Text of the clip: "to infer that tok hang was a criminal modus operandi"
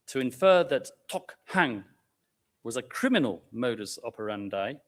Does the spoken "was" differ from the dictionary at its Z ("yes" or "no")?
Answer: no